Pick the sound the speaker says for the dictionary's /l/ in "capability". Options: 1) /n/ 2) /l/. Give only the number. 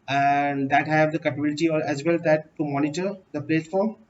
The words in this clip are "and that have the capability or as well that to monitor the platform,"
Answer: 2